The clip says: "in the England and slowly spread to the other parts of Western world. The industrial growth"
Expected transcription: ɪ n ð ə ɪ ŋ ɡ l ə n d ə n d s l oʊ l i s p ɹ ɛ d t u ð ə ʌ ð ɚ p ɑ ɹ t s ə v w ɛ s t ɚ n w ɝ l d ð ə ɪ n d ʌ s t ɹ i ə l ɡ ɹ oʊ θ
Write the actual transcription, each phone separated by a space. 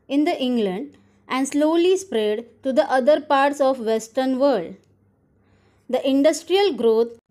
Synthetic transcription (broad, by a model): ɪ n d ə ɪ ŋ ɡ l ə n d ə n d s l oʊ l i s p ɹ ɛ d t u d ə ʌ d ɚ p ɑ ɹ t s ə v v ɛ s t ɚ n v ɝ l d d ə ɪ n d ʌ s t ɹ i ə l ɡ ɹ oʊ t